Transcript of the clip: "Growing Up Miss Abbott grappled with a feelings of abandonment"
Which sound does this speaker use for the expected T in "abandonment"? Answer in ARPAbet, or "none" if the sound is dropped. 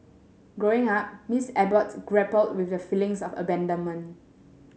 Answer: none